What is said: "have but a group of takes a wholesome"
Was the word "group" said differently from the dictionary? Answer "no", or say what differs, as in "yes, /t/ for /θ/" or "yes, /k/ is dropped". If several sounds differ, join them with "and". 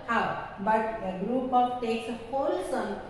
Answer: no